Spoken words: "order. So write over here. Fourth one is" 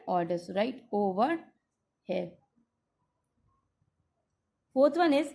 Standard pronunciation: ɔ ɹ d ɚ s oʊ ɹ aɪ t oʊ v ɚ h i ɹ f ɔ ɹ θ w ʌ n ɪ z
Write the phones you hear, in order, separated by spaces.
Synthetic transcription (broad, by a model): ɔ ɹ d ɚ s ɹ aɪ t oʊ v ɚ h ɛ l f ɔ ɹ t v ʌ n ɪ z